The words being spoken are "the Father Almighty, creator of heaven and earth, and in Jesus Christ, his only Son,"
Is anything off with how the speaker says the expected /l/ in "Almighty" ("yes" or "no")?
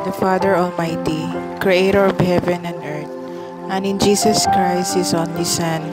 no